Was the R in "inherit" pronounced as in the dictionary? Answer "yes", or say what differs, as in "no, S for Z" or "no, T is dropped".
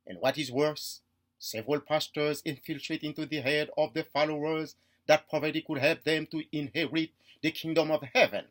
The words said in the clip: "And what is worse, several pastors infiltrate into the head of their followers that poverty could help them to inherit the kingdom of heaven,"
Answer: yes